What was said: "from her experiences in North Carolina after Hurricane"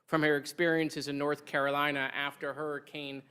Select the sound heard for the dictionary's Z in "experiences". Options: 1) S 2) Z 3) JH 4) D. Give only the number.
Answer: 2